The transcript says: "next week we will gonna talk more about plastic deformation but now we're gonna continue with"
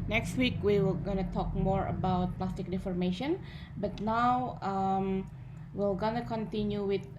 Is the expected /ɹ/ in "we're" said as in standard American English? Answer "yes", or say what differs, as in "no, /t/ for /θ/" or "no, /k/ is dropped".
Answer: no, /l/ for /ɹ/